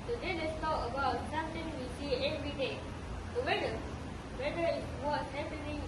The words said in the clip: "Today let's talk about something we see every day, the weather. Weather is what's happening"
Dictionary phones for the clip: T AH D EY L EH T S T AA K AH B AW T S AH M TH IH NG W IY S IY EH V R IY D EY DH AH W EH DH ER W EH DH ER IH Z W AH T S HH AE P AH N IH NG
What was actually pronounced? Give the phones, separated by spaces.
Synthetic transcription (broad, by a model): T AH D EY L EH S T AA K AH B AW T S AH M T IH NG W IY S IY EH V R IY D EY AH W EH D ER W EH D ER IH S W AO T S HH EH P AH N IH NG